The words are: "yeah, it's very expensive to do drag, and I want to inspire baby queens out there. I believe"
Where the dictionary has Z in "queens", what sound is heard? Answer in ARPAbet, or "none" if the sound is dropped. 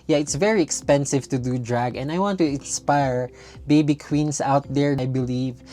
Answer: S